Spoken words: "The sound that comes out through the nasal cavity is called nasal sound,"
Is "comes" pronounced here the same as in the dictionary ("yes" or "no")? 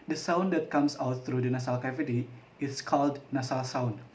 no